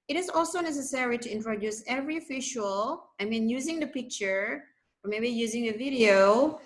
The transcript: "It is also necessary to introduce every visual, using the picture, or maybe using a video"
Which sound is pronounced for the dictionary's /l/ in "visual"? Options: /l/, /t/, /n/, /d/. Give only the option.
/n/